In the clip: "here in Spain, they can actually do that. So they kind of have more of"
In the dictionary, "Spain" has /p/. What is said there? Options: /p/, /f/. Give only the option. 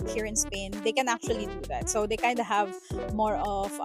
/p/